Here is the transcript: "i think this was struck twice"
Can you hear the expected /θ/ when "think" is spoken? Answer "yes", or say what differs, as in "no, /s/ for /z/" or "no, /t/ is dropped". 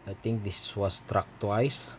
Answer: no, /t/ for /θ/